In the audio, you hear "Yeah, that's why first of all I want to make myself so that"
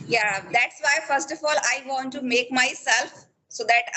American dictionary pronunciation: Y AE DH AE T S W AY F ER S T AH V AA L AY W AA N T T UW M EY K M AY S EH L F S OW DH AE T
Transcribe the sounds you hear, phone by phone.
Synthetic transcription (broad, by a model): Y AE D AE T S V AY F ER S T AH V AA L AY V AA N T T UW M EY K M AY S EH L F S OW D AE T